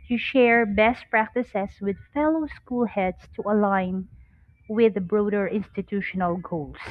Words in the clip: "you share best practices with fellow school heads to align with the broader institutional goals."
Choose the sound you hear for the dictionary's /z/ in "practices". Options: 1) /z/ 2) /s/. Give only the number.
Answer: 2